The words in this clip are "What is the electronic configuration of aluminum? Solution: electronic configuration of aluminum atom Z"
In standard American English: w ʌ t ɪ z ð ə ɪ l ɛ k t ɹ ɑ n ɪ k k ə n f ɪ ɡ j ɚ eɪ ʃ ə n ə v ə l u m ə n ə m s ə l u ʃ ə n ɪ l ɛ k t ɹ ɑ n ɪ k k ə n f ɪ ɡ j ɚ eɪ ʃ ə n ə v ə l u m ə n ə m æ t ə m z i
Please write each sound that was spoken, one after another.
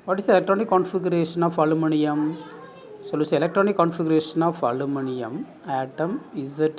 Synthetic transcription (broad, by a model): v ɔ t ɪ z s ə l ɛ k t ɹ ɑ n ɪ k k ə n f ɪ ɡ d eɪ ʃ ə n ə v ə l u m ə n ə m s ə l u s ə l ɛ k t ɹ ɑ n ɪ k k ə n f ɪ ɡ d eɪ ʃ ə n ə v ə l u m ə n ə m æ t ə m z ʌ